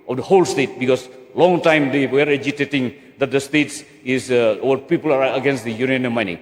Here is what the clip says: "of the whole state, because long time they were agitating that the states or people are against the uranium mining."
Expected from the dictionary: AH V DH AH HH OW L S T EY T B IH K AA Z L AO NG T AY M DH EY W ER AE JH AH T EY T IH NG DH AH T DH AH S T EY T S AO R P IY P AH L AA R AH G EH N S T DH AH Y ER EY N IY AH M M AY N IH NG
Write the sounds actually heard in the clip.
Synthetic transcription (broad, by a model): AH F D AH HH OW L S T EY T B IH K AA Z L AO NG T AY M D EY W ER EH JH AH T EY T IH NG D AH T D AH S T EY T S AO W P IY P AH L AA R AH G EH N S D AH Y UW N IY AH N M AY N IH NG